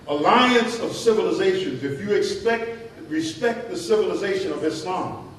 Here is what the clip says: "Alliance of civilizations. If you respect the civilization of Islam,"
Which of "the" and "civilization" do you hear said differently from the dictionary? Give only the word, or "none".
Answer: none